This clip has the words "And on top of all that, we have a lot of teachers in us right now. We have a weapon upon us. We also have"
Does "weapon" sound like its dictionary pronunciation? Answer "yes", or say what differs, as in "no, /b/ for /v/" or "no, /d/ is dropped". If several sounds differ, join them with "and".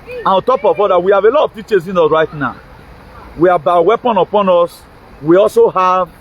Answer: yes